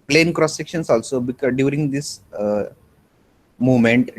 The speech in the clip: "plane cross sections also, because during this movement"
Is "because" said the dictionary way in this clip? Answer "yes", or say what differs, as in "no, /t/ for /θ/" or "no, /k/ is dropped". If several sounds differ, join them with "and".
no, /z/ is dropped